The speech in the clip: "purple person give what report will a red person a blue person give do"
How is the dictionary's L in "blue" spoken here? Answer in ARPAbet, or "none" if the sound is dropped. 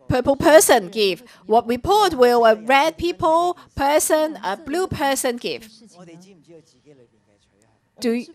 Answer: L